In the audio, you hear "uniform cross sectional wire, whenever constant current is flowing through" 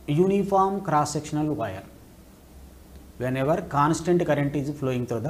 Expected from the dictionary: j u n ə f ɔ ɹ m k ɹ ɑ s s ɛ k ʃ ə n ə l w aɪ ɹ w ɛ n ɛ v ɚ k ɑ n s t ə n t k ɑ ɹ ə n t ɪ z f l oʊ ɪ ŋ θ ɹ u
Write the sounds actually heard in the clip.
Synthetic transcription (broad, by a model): j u n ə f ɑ ɹ m k ɹ ɑ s s ɛ k ʃ ə n ə l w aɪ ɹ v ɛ n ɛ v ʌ k ɑ n s t ə n t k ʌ ɹ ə n t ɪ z p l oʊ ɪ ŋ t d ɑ